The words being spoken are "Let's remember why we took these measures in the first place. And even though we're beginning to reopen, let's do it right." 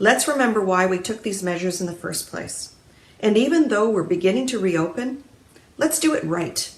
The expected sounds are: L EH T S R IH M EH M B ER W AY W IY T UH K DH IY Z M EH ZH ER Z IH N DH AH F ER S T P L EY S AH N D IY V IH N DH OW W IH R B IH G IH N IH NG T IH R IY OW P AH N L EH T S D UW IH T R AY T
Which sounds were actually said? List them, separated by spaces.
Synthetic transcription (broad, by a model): L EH T S R IH M EH M B ER W AY W IY T UH K DH IY Z M EH ZH ER Z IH N DH AH F ER S P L EY S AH N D IY V IH N DH OW W IH R B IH G IH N IH NG T IH R IY OW P AH N L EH T S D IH IH T R AY T